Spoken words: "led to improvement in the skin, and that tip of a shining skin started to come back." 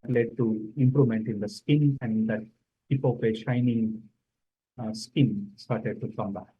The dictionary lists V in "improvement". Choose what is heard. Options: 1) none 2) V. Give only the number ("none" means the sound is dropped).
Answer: 1